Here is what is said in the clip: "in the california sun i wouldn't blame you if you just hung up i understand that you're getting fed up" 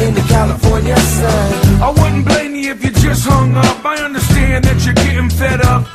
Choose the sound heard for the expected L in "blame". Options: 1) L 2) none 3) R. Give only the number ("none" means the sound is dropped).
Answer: 1